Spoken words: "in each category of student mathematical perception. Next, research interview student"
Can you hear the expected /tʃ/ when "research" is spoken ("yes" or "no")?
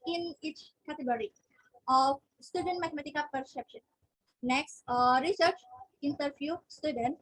yes